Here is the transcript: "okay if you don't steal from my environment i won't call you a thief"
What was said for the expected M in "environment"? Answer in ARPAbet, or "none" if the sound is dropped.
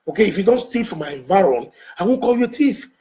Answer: none